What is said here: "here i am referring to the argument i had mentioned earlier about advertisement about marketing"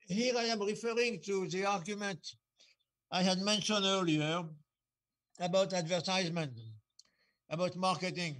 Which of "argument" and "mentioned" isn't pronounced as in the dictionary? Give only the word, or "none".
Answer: mentioned